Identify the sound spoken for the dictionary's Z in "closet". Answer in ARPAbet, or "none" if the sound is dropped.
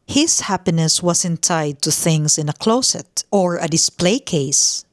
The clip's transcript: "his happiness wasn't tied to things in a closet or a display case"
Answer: S